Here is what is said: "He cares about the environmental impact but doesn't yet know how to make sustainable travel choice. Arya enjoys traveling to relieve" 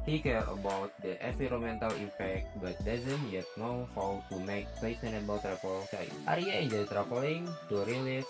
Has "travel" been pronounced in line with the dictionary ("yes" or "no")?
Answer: no